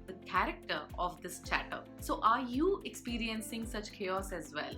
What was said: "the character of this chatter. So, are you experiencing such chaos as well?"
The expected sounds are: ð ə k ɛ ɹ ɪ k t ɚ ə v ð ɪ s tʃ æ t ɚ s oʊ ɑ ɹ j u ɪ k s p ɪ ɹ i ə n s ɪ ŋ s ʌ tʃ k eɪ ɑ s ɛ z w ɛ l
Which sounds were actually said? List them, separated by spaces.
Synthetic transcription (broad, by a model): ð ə k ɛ ɹ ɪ k t ɚ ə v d ɪ s tʃ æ t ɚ s oʊ ɑ ɹ j u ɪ k s p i ɹ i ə n s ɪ ŋ s ʌ tʃ k eɪ ɑ s ɛ z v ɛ l